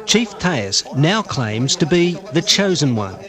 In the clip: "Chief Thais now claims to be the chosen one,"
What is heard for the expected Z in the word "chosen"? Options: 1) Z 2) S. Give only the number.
1